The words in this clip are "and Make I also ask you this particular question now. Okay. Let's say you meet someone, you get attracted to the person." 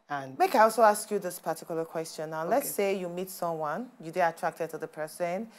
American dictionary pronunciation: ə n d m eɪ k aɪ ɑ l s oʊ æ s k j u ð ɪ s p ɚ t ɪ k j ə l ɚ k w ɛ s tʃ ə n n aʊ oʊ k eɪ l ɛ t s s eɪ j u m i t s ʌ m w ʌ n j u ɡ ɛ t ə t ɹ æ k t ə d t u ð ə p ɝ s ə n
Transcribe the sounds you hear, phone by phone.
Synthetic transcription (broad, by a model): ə n m eɪ k aɪ ɑ l s oʊ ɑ s k j u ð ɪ s p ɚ t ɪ k j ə l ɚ k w ɛ s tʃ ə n n aʊ l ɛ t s s eɪ j u m i t s ʌ m w ʌ n j u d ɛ ə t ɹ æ k t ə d t u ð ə p ɝ s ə n